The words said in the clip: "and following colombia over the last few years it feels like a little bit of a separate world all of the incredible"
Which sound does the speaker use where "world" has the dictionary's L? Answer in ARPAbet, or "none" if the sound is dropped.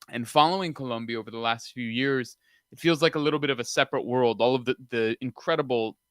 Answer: L